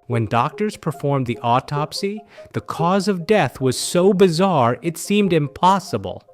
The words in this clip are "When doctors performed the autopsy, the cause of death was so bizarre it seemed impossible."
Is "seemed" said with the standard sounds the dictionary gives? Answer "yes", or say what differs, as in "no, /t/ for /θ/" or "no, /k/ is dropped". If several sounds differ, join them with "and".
yes